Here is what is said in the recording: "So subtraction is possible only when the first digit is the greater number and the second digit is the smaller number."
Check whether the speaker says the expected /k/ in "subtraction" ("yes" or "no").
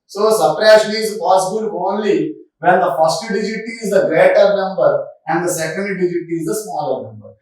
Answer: no